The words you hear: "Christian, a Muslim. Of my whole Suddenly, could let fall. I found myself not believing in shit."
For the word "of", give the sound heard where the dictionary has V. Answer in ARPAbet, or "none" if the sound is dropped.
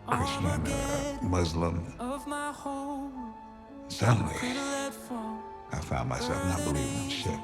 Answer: V